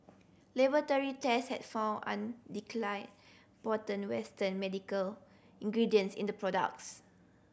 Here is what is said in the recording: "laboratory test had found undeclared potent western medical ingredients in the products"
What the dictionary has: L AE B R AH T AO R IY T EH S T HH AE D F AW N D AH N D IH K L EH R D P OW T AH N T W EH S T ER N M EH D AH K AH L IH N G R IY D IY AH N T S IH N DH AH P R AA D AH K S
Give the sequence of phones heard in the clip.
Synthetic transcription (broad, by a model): L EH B AH T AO R IY T EH S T HH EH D F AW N AH N D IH K L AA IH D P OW T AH N W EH S T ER N M EH D AH K AH L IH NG G R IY D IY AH N S IH N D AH P R AA D AH K S